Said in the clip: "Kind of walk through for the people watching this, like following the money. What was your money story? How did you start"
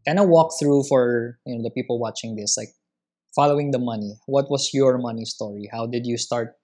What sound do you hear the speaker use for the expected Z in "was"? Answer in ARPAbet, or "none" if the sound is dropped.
S